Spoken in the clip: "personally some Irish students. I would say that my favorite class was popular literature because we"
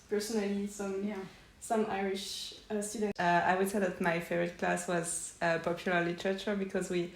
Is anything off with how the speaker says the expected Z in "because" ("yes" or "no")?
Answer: no